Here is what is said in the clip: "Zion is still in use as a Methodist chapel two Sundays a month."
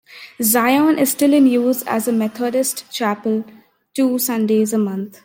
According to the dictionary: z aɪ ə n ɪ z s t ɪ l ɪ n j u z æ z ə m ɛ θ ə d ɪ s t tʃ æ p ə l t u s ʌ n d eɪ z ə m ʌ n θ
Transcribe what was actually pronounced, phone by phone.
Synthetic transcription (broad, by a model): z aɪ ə n ɪ z s t ɪ l ɪ n j u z æ z ə m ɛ t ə d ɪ s t tʃ æ p ə l t u s ʌ n d eɪ z ə m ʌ n t